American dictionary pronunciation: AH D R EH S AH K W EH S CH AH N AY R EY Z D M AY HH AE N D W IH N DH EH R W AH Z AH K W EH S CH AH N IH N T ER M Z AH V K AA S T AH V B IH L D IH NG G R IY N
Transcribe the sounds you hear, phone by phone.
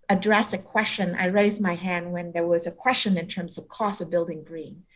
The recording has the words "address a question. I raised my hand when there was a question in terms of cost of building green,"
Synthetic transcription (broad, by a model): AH D R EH S AH K W EH S CH AH N AY R EY Z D M AY HH AE N D W IH N DH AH R W AH Z AH K W EH S CH AH N IH N T ER M Z AH V K AA S AH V B IH L D IH NG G R IY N